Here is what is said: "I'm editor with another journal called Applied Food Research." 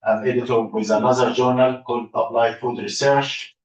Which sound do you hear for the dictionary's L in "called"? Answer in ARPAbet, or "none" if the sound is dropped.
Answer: none